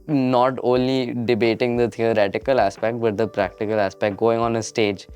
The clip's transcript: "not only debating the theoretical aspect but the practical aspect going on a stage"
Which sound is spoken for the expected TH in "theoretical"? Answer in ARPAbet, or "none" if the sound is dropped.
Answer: T